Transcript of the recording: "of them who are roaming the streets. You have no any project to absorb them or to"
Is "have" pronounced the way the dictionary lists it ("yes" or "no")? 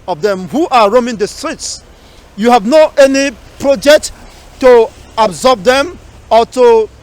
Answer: yes